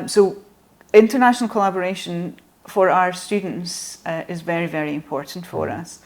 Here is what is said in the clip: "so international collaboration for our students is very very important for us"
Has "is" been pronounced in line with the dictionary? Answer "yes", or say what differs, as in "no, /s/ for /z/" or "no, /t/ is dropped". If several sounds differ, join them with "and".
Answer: yes